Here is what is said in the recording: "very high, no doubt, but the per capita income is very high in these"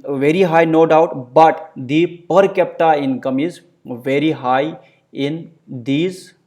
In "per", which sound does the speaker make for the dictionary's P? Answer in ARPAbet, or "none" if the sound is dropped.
P